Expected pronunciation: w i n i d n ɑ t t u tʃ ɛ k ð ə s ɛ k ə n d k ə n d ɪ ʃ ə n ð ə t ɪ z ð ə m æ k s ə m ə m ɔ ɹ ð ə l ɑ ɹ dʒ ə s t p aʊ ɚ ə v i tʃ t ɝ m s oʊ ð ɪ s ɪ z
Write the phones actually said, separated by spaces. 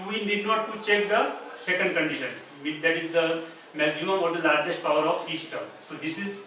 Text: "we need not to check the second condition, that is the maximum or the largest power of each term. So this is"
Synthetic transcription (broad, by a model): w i n i d n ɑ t t u tʃ ɛ k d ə s ɛ k ə n d k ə n d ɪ ʃ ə n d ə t ɪ z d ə m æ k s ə m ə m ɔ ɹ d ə l ɑ ɹ dʒ ə s t p aʊ ɚ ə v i s t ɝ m s oʊ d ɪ s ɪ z